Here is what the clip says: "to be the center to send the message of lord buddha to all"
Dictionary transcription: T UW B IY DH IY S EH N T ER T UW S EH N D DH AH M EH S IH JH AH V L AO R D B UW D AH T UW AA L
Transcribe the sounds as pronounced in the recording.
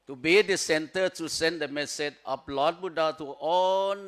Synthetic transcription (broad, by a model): T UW B IY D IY S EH N T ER T UW S EH N D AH M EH S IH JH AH P L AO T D B UW D AH T UW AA